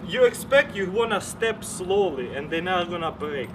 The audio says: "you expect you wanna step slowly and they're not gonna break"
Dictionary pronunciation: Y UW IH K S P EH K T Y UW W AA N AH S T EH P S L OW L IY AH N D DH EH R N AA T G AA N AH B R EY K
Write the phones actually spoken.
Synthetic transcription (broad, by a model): Y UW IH K S P EH K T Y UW W AA N AH S T EH P S L OW L IY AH N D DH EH N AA G AA N AH B R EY K